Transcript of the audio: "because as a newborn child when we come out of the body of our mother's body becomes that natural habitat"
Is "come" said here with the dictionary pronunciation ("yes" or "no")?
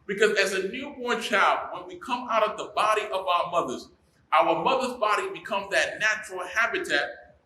yes